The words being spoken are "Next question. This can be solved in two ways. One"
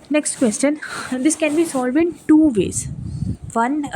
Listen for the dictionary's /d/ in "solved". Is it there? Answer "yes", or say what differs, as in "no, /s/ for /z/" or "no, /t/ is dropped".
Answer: no, /d/ is dropped